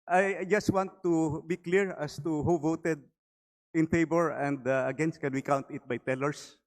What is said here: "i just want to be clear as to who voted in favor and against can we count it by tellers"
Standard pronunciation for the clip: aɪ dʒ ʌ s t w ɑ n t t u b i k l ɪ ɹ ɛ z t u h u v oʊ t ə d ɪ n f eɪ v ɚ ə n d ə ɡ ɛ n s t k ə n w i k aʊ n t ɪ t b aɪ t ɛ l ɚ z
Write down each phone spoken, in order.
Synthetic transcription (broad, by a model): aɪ dʒ ʌ s t w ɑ n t t u b i k l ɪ ɹ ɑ s t u h u v oʊ t ə d ɪ n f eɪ b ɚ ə n d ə ɡ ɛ n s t k ə n w i k aʊ n t ɪ t b aɪ t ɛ l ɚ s